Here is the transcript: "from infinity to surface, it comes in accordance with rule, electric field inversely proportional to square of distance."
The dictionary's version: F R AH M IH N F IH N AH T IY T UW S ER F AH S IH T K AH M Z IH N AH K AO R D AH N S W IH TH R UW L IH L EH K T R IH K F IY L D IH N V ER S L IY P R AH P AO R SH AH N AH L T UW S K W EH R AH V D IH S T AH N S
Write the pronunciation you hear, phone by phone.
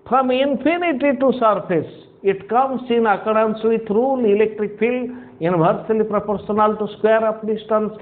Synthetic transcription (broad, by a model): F R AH M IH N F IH N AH T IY T UW S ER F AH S IH T K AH M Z IH N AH K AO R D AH N S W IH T R UW L IH L EH K T R IH K F IY L D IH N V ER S L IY P R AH P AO R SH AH N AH L T UW S K W EH R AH P D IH S T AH N S